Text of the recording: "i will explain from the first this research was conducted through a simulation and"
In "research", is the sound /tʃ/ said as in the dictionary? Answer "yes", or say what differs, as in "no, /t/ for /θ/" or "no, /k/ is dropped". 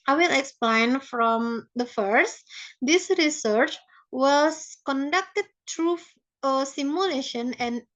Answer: yes